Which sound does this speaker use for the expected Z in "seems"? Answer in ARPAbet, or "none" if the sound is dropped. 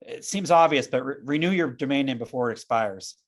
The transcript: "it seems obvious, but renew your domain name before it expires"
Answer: Z